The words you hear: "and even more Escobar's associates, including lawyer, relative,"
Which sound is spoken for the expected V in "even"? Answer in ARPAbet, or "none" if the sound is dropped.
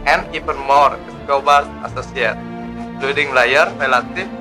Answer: P